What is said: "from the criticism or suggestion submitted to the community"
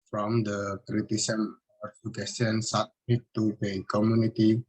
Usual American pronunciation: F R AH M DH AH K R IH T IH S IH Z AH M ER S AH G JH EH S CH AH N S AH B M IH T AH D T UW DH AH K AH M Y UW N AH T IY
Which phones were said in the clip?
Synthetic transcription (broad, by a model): F R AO M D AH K R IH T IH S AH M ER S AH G EH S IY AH N S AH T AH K T UW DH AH K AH M Y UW N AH T IY